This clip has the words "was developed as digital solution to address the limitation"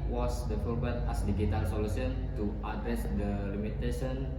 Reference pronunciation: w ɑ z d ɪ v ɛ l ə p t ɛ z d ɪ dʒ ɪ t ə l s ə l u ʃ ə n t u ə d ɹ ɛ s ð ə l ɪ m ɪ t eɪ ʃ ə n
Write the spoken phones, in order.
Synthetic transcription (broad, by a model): w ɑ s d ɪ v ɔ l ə t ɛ s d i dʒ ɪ t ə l s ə l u s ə n t u ə d ɹ ɛ s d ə l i m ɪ t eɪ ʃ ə n